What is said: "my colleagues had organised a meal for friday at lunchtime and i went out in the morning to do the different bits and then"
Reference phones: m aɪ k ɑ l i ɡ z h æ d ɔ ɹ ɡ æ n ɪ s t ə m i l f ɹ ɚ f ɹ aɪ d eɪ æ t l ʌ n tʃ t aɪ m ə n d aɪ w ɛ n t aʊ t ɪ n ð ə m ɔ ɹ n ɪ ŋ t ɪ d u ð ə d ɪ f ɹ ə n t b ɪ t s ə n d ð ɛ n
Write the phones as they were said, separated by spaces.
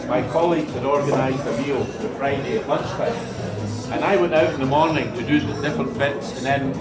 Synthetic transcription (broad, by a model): m aɪ k ɑ l i ɡ z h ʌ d ɔ ɹ ɡ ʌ n ɪ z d ə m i l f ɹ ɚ f ɹ aɪ d eɪ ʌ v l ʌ n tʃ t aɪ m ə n aɪ w ɛ n t aʊ t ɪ n ð ə m ɔ ɹ n ɪ ŋ t ɪ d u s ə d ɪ f ɹ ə n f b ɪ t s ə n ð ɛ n